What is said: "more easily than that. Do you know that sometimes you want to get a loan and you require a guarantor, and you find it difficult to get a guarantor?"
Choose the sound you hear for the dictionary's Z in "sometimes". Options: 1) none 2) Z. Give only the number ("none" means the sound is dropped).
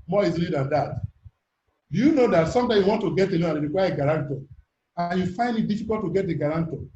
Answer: 1